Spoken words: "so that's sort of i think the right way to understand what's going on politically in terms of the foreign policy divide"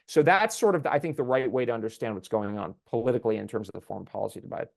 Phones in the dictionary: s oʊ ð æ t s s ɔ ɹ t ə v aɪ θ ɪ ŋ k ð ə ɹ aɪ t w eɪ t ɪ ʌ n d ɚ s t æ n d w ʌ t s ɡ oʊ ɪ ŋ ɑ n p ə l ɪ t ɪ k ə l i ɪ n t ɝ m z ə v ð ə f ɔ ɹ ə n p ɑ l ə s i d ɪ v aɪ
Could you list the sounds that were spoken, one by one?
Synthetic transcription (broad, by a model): s oʊ ð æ t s s ɔ ɹ t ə v aɪ θ ɪ ŋ k ð ə ɹ aɪ t w eɪ t ɪ ʌ n d ɚ s t æ n d w ʌ t s ɡ oʊ ɪ ŋ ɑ n p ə l ɪ t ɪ k l i ɪ n t ɝ m z ə v ð ə f ɔ ɹ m p ɑ l ə s i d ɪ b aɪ